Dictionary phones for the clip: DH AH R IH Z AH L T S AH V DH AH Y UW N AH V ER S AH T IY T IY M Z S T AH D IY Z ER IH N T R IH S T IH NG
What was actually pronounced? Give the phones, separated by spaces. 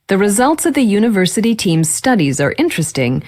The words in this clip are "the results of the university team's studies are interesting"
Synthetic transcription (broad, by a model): DH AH R IH Z AH L T S AH V DH AH Y UW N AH V ER S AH T IY T IY M Z S T AH D IY Z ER IH N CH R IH S T IH NG